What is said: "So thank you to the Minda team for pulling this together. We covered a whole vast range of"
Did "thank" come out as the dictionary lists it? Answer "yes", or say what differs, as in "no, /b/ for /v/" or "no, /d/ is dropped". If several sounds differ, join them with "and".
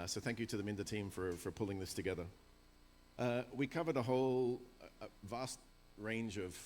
yes